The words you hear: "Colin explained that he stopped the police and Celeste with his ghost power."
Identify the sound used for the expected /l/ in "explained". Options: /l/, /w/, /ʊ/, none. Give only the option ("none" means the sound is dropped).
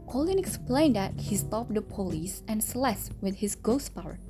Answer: /l/